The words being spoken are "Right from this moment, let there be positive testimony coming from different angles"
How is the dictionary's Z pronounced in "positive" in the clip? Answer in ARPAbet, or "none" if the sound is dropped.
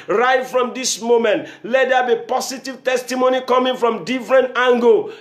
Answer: S